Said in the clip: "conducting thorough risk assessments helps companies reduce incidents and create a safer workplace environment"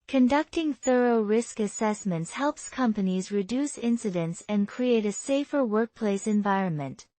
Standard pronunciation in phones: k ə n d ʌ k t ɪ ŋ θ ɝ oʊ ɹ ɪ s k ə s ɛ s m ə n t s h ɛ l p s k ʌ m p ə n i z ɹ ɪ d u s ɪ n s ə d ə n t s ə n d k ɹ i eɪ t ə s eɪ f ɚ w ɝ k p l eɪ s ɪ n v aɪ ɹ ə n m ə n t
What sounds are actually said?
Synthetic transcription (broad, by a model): k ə n d ʌ k t ɪ ŋ θ ɝ oʊ ɹ ɪ s k ə s ɛ s m ə n t s h ɛ l p s k ʌ m p ə n i z ɹ ɪ d u s ɪ n s ə d ə n t s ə n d k ɹ i eɪ t ə s eɪ f ɚ w ɝ k p l eɪ s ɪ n v aɪ ɹ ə n m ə n t